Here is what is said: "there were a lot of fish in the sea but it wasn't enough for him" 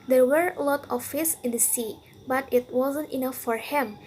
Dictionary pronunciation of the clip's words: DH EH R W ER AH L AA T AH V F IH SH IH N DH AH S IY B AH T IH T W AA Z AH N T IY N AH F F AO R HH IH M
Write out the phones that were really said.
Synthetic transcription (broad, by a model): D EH R W ER AH L AA T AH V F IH S IH N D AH S IY B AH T IH T W AA Z AH N T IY N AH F F AO R HH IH M